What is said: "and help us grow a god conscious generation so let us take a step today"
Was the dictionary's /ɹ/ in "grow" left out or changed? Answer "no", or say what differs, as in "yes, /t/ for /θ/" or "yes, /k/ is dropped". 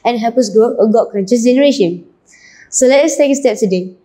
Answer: yes, /ɹ/ is dropped